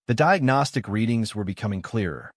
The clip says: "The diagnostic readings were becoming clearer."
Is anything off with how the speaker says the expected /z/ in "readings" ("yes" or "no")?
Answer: no